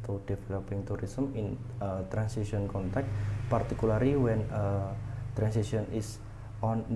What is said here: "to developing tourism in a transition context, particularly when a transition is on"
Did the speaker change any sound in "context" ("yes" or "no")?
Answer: yes